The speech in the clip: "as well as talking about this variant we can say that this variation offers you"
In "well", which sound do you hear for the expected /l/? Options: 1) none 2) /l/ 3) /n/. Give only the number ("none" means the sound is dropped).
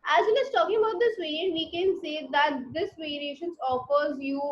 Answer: 3